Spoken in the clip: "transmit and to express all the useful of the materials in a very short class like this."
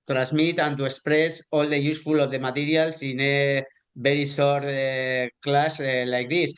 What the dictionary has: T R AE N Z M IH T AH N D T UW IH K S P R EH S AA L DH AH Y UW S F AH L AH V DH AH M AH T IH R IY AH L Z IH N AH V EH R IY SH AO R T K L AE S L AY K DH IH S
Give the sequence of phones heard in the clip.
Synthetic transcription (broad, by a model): T R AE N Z M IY T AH N T UW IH K S P R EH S AA L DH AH Y UW S F AH L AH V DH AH M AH T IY R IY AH L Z IH N AH B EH R IY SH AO R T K L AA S L AY K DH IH S